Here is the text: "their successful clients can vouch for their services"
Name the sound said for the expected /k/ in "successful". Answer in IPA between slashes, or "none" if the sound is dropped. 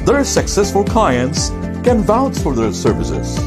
/k/